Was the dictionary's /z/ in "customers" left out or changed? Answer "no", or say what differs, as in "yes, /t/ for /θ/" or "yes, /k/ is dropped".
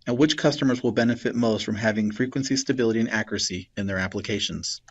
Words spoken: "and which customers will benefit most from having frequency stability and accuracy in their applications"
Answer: no